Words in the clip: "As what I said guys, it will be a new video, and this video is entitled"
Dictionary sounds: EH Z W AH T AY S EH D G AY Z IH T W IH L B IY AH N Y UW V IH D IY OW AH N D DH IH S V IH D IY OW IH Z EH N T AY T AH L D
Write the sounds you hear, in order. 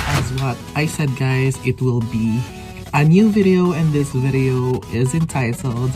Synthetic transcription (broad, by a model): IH Z W AH T AY S EH D G AY Z IH T W IH L B IY AH N Y UW V IH D IY OW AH N DH IH S V IH D IY OW IH Z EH N T AY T L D